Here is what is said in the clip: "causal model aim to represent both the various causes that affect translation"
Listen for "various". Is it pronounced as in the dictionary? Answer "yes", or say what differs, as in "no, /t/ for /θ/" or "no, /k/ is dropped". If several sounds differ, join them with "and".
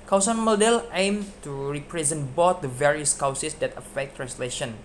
yes